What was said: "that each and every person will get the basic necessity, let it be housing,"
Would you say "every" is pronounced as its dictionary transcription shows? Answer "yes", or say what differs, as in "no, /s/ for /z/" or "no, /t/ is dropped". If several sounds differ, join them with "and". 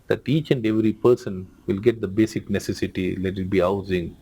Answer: yes